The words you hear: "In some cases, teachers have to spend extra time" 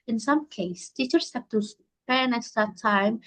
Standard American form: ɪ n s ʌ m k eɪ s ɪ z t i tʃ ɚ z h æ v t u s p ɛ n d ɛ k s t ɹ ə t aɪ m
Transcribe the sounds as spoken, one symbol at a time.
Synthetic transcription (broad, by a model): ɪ n s ʌ m k eɪ ɪ s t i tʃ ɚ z h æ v t u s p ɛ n ɛ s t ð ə t aɪ m